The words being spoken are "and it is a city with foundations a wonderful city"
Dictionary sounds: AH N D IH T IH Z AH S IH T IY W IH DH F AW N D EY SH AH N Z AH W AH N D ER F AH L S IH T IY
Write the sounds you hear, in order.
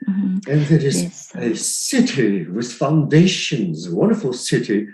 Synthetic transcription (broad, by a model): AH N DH IH T IH Z AH S IH T IY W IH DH F AW N D EY SH AH N Z W AH N D ER F AH L S IH T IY